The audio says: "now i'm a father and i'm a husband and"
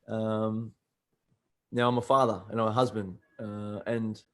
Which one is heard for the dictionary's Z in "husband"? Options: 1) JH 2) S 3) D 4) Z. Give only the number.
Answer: 4